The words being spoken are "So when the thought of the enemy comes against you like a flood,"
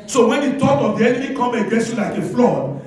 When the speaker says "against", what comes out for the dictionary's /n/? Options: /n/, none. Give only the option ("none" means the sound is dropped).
none